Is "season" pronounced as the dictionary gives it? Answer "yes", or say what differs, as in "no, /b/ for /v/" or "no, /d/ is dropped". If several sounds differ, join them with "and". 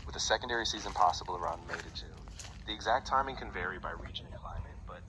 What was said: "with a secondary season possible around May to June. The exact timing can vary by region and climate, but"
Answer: yes